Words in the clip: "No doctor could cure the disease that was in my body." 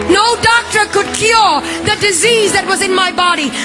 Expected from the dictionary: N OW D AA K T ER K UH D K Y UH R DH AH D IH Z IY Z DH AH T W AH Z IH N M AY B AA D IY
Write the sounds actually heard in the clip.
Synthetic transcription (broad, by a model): N OW D AA K T ER K UH D K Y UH R DH AH D IH Z IY Z DH AH T W AH Z IH N M AY B AA D IY